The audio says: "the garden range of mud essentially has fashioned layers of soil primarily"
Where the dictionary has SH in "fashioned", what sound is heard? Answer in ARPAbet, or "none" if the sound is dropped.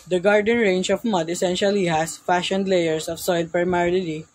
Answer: SH